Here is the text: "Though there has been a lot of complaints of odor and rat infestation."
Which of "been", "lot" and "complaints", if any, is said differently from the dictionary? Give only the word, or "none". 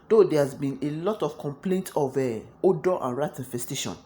complaints